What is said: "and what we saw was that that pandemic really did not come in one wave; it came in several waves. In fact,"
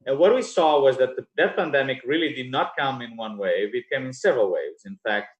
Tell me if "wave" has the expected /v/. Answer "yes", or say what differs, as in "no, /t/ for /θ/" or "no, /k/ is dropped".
yes